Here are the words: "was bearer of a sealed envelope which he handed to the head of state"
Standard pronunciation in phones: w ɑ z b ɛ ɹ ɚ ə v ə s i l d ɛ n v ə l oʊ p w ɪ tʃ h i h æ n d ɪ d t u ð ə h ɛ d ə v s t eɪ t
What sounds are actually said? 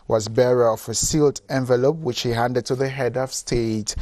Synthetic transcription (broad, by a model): w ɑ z b ɛ ɹ ɚ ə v ə s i l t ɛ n v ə l oʊ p w ɪ tʃ h i h æ n d ɪ d t u ð ə h ɛ d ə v s t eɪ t